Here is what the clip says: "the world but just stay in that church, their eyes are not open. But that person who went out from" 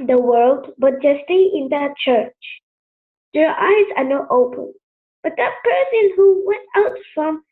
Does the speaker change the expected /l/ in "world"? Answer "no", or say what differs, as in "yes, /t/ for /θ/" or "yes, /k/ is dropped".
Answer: no